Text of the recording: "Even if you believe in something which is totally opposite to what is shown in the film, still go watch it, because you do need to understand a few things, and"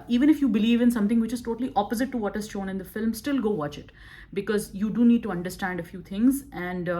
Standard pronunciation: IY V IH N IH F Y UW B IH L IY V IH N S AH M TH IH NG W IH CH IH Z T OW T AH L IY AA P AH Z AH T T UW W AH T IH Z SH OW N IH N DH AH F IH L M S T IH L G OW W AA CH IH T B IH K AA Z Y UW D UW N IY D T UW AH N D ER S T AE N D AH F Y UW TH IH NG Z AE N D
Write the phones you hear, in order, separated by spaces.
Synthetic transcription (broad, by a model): IY V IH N IH F Y UW B IH L IY V IH N S AH M T IH NG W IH CH IH Z T OW T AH L IY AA P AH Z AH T T UW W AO T IH Z SH OW N IH N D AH F IH L M S T IH L G OW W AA CH IH T B IH K AA Z Y UW D UW N IY D T UW AH N D ER S T AE N D AH F Y UW T IH NG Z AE N D